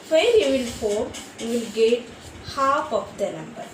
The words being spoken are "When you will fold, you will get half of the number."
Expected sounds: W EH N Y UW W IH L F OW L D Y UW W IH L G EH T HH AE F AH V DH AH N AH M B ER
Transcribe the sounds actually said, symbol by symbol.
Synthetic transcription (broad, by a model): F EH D Y UW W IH L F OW D Y UW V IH L G EH T HH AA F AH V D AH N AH M B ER